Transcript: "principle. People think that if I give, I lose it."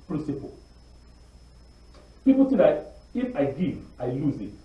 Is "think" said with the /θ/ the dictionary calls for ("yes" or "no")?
no